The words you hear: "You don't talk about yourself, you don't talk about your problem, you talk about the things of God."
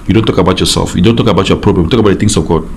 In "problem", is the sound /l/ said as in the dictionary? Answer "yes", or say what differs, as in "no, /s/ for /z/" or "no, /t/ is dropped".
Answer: yes